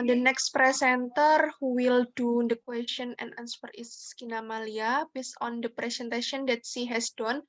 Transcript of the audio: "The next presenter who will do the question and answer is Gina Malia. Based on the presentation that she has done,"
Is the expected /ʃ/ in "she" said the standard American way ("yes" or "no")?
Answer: no